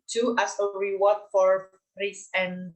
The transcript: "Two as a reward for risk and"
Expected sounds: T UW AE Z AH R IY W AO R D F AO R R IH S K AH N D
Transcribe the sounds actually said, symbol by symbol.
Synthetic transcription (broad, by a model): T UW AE S AH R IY W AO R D F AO R R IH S AH N